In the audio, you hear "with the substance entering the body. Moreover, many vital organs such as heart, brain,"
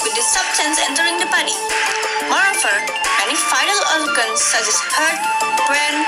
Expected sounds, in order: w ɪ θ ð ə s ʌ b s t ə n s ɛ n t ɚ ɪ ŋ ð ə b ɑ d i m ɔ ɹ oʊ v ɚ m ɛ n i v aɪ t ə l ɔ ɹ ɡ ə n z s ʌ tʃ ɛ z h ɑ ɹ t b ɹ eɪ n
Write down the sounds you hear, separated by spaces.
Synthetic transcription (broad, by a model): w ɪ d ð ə s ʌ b s t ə n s ɛ n t ɚ ɪ ŋ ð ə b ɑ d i m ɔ ɹ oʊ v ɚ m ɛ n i f aɪ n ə l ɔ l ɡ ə n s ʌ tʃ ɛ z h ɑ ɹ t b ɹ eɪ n